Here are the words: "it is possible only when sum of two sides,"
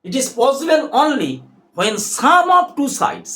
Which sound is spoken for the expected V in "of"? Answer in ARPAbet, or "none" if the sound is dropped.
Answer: P